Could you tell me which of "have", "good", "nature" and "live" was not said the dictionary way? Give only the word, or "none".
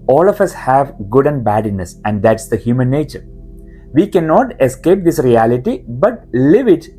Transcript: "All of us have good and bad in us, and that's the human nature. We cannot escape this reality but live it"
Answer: none